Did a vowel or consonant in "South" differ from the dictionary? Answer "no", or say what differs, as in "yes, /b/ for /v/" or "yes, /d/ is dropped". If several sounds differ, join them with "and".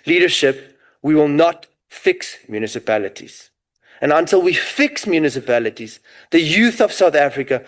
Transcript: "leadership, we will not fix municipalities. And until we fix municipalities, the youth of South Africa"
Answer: no